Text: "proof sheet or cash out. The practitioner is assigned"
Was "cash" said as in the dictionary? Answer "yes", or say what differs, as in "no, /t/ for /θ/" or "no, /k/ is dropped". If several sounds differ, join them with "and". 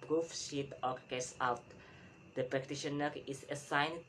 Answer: no, /s/ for /ʃ/